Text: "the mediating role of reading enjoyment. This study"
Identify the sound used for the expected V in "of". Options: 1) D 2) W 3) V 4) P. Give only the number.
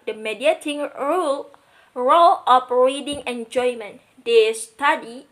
4